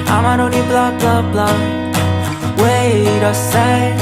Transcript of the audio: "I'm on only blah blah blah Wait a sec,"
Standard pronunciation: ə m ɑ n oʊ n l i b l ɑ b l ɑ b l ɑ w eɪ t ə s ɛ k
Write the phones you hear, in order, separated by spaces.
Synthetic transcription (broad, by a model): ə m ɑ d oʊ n i b l ɑ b l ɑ b l ɑ w eɪ t ə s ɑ